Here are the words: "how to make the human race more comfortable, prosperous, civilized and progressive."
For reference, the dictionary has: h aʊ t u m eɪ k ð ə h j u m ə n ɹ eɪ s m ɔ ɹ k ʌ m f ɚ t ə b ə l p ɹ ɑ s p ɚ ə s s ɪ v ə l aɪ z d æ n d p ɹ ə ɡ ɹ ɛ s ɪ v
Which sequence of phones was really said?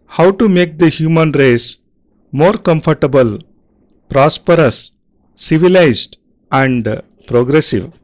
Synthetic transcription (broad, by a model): h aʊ t u m eɪ k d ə h j u m ə n ɹ eɪ s m ɔ ɹ k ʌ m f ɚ t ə b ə l p ɹ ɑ s p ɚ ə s s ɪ v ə l aɪ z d æ n d p ɹ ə ɡ ɹ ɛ s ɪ v